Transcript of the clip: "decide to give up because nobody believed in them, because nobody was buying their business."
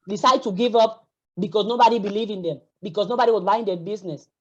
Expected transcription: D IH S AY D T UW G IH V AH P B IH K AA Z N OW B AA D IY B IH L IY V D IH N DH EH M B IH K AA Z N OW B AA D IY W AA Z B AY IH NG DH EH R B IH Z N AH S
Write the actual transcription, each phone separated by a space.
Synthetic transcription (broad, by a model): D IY S AY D T UW G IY V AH P B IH K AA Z N OW B AA D IY B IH L IY V IH N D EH M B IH K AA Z N OW B AA D IY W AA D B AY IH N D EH B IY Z N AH S